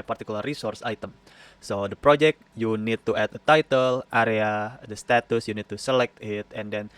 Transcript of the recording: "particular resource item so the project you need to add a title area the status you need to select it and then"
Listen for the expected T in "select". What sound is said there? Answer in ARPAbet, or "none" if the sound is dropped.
T